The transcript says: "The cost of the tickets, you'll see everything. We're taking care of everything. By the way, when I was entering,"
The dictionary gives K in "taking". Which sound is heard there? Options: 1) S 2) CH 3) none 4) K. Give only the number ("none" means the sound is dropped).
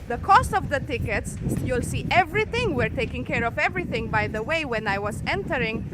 4